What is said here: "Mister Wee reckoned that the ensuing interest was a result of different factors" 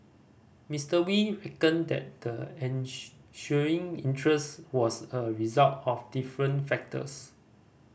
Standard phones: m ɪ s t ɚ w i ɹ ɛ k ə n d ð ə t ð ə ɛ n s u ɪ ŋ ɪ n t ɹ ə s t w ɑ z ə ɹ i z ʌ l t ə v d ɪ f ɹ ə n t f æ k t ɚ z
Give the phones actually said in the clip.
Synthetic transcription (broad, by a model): m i s t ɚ w i ɹ ɛ k ə n d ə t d ə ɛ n ʃ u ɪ ŋ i n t ɹ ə s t w ɑ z ə ɹ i z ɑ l t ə f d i f ɹ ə n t f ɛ k t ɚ s